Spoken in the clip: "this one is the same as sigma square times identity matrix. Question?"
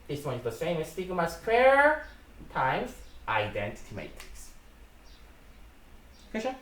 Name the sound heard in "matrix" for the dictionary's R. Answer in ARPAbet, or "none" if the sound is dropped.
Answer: none